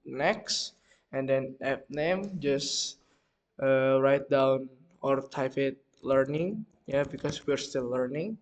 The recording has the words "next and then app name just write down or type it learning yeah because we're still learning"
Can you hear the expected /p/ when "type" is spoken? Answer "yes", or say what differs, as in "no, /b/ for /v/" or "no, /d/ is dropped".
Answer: no, /f/ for /p/